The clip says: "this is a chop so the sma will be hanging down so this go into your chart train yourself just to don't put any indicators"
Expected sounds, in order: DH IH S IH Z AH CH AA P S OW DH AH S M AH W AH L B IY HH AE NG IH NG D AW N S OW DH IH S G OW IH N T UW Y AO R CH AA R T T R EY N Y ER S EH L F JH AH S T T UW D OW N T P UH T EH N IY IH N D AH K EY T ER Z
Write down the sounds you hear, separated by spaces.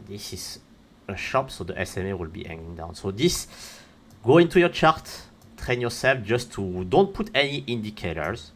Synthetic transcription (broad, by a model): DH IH S IH Z AH SH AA P S OW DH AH S M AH W AH L B IY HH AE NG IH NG D AW N S OW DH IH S G OW IH N T UW Y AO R CH AA R T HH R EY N Y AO S EH L F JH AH S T T UW D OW N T P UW T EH N IY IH N D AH K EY T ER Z